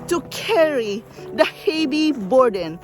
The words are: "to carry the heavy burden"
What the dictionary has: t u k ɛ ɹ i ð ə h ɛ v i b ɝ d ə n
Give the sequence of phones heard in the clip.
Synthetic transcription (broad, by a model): t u k ɛ ɹ i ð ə h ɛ b i b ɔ d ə n